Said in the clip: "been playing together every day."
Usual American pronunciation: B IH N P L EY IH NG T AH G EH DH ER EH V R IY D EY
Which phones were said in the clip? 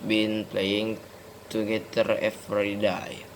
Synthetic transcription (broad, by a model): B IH N P L EY IH NG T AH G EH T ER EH F R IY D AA